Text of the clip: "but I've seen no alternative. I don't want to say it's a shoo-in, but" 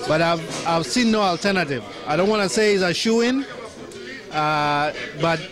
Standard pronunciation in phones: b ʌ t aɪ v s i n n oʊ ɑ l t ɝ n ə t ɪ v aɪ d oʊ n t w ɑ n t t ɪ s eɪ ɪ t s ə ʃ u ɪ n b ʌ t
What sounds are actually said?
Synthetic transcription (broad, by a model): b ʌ t aɪ v s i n n oʊ ɑ l t ɝ n ə t ɪ v aɪ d oʊ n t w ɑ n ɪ s eɪ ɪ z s ə ʃ u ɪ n b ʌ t